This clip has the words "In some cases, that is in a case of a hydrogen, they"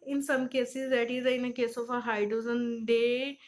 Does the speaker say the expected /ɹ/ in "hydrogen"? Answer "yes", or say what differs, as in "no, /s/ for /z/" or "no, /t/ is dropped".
no, /ɹ/ is dropped